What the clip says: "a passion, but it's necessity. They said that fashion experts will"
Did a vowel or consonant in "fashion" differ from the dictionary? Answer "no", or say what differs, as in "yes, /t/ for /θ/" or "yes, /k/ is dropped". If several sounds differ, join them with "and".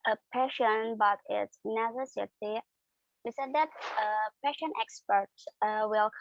yes, /p/ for /f/